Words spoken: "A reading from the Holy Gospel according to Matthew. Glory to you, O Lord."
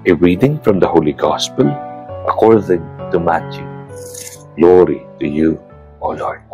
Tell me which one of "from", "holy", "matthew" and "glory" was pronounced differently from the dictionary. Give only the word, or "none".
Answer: matthew